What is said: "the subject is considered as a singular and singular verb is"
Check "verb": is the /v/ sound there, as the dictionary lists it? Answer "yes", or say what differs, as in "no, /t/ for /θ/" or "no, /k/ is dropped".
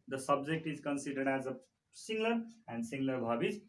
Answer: no, /b/ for /v/